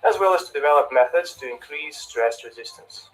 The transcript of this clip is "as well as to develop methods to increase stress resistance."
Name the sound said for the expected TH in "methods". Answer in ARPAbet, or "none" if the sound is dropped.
TH